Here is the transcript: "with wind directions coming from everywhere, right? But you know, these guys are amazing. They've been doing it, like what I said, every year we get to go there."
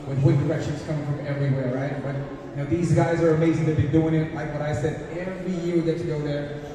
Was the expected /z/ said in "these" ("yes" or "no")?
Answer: yes